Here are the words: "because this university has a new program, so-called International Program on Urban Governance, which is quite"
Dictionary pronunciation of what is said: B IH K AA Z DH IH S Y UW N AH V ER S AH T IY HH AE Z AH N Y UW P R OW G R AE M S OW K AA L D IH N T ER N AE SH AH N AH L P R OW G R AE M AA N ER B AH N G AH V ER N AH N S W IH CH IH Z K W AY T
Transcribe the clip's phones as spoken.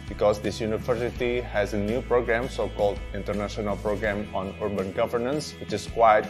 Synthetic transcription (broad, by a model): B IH K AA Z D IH S Y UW N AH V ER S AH T IY HH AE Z AH N Y UW P R OW G R AE M S OW K AA L D IH N T ER N AE SH AH N AH L P R OW G R AE M AA N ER B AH N G AH V ER N AH N S W IH CH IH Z K W AY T